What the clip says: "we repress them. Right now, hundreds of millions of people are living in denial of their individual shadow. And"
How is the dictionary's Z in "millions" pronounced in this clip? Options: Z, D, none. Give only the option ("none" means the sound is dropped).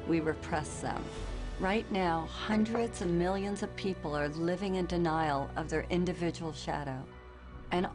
Z